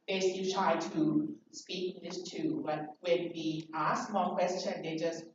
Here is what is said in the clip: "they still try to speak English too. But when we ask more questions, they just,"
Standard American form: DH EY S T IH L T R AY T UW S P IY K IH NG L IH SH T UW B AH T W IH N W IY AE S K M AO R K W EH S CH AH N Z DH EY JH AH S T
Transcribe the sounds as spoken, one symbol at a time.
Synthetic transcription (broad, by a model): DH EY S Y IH T R AY T UW S P IY K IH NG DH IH S T UW B AH T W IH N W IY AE S M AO L K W EH S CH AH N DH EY JH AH S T